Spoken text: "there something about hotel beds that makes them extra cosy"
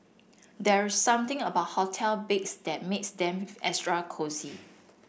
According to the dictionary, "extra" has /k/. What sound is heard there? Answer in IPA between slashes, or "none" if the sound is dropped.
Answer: none